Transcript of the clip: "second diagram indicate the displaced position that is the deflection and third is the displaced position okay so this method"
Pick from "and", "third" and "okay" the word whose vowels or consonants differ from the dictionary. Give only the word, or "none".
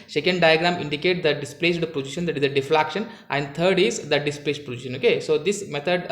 third